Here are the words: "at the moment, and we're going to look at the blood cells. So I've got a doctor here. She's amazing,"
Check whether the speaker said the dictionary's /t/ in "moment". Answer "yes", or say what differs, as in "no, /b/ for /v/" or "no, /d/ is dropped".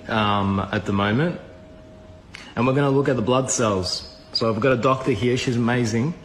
yes